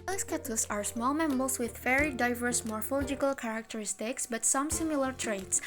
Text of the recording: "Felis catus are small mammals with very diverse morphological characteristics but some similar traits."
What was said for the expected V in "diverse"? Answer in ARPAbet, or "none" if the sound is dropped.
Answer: V